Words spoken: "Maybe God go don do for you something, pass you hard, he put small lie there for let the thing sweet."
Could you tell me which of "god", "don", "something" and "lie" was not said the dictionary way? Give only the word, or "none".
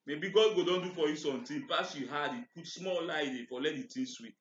something